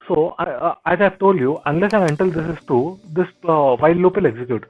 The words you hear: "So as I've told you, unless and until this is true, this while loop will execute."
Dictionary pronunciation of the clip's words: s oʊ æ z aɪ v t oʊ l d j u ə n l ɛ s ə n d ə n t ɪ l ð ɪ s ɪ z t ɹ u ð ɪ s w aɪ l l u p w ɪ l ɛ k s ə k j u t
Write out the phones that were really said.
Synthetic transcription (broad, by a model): s oʊ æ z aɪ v t oʊ l d j u ə n l ɛ s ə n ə n t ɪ l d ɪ s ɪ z t u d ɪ s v aɪ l l u p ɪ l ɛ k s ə k j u t